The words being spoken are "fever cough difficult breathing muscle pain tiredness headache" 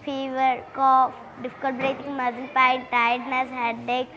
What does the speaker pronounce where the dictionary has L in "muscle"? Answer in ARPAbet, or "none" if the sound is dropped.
N